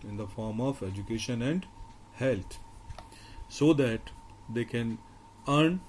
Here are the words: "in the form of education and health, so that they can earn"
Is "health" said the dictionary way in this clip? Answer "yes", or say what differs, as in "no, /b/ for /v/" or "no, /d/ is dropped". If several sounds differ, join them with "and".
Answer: no, /t/ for /θ/